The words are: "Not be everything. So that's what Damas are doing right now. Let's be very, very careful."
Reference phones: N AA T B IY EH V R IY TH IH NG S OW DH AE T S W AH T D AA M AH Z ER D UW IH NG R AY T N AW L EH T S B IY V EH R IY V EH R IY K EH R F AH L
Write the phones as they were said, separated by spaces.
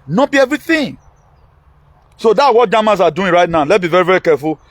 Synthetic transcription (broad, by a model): N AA B IY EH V R IY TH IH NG S OW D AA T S W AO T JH AA M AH S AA D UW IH R AY T N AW L EH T B IY V EH R IY V EH R IY K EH F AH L